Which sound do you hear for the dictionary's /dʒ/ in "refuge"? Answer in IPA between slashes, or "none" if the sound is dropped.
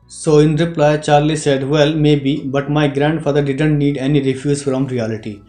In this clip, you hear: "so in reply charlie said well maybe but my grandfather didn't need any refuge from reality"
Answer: /z/